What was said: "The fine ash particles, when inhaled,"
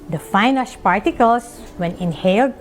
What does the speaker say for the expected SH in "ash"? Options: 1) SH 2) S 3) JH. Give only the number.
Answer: 2